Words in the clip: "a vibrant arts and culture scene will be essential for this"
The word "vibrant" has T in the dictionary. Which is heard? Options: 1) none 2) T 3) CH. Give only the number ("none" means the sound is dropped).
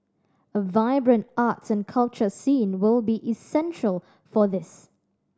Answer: 2